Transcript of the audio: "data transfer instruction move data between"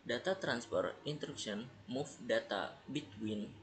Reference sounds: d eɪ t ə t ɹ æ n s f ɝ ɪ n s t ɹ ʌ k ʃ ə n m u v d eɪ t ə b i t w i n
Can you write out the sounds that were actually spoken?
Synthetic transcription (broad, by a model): d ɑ t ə t ɹ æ n s p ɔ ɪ n t ɹ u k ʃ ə n m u f d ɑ t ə b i t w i n